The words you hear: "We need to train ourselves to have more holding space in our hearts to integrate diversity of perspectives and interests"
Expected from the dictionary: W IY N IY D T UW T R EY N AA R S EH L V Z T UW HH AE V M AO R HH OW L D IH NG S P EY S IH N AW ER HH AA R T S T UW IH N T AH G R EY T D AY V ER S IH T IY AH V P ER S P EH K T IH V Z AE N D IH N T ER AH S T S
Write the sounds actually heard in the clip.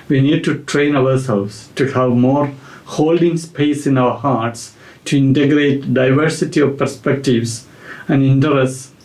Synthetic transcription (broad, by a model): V IY N IY D T UW T R EY N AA R S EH L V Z T UW HH AE V M AO R HH OW L D IH NG S P EY S IH N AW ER HH AA R T S T UW IH N T AH G R EY T D AY V ER S IH T IY AH V P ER S P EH K T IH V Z AE N D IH N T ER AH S S